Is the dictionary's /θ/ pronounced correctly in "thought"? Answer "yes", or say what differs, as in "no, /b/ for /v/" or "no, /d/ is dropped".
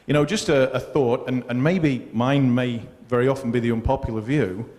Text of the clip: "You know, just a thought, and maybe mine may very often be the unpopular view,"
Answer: yes